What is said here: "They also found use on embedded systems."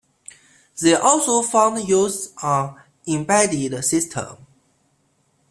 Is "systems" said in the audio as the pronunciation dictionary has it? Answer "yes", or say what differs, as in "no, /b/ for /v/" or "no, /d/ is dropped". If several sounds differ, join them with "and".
no, /z/ is dropped